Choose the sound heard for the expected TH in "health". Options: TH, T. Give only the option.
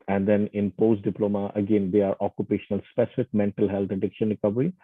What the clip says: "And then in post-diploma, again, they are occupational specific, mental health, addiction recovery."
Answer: T